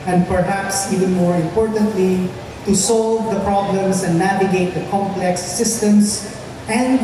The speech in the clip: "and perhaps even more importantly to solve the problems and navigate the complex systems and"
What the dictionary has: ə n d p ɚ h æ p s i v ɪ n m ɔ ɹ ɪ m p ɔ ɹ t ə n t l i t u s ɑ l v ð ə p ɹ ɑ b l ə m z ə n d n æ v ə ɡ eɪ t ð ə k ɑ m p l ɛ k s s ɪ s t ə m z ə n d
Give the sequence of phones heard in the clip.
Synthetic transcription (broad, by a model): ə n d p ɚ h æ p s i v ɪ n m ɔ ɹ ɪ m p ɔ ɹ t ə n t l i t u s ɑ l v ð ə p ɹ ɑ b l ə m s ə n d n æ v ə ɡ eɪ t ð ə k ɑ m p l ɛ k s s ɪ s t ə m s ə n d